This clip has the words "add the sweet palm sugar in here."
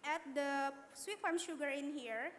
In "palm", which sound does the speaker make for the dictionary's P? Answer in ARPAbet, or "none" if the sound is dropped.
F